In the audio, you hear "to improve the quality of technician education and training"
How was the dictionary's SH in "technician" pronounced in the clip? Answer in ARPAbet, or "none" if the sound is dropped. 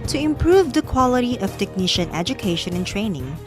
SH